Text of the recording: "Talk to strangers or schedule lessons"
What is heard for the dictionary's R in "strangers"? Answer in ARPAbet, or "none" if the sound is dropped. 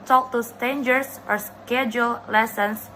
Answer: none